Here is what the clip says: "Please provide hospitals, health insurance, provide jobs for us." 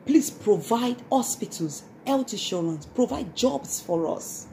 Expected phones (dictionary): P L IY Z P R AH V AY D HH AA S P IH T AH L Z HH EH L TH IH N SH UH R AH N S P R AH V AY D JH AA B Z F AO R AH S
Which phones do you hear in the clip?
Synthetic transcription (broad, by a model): P L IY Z P R AH V AY D HH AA S P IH T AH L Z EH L T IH SH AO R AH N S P R AH V AY D JH AA B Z F AO R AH S